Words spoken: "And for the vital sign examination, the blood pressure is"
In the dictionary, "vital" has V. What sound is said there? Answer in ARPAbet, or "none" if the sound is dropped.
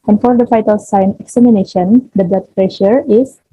F